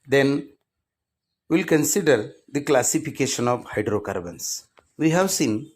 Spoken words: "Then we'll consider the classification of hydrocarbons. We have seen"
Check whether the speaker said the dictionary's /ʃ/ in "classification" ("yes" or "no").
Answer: yes